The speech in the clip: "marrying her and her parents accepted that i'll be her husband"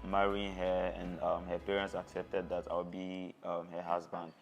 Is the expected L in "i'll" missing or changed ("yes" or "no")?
yes